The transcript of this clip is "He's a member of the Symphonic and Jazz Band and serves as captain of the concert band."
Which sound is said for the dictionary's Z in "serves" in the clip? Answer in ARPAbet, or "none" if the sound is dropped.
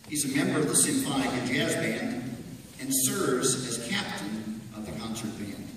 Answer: Z